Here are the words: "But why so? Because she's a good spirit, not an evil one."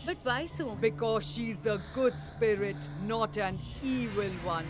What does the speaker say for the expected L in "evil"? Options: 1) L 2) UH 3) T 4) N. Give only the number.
1